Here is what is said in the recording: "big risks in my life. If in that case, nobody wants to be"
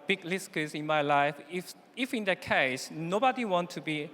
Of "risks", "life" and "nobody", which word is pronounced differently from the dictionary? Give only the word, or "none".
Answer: risks